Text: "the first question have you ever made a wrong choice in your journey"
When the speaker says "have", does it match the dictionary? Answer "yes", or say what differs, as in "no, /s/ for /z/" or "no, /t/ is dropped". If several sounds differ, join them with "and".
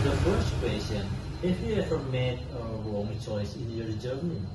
no, /f/ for /v/